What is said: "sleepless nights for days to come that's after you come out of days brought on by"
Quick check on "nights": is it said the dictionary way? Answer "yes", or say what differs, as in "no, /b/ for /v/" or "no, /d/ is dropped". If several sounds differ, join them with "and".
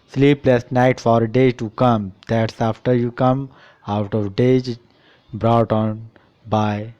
no, /s/ is dropped